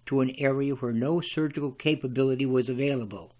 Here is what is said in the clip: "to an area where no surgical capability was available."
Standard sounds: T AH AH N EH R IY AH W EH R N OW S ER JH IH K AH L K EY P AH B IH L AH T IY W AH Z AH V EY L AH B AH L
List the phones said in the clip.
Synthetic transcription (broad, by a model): T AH AH N EH R IY AH W EH R N OW S ER JH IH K L K EY P AH B IH L AH T IY W AH Z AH V EY L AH B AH L